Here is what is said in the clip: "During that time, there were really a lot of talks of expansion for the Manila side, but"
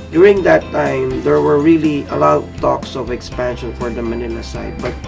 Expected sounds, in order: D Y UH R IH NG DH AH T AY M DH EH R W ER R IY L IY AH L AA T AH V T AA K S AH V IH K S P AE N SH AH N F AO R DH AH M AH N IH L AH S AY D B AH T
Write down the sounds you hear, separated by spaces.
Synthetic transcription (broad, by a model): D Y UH R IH NG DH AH T AY M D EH R W ER R IY L IY AH L AA T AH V T AA K S AH V IH K S P AE N SH AH N F AO R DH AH M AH N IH N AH S AY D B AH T